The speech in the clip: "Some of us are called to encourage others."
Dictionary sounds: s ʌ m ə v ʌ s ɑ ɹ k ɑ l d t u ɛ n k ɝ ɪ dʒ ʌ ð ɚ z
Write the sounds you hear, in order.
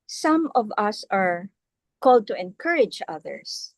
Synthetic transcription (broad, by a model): s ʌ m ə v ʌ s ɑ ɹ k ɑ l d t u ɛ n k ɝ ɪ dʒ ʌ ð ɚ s